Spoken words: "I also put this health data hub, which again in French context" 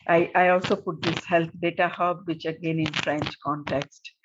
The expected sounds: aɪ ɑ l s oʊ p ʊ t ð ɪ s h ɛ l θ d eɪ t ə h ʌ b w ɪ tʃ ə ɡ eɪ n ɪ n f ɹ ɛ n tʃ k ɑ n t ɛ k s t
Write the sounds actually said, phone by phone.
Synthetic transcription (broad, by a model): aɪ ɑ l s oʊ p ʊ t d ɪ s h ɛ l t d eɪ t ə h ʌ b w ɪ tʃ ə ɡ eɪ n ɪ n f ɹ ɛ n tʃ k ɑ n t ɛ k s t